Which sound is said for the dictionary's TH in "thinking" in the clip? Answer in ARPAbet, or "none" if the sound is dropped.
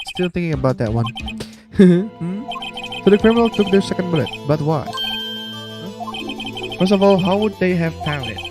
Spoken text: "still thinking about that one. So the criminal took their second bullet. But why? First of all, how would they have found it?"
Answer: TH